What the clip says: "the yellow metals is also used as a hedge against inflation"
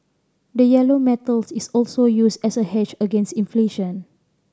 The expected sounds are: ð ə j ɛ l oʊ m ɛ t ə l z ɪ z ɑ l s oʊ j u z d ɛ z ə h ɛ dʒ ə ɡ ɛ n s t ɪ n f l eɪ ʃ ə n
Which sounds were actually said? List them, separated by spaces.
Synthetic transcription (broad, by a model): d ə j ɛ l oʊ m ɛ t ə l s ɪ s ɑ l s oʊ j u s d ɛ s ə h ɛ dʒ ə ɡ ɛ n s t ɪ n f l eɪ ʃ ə n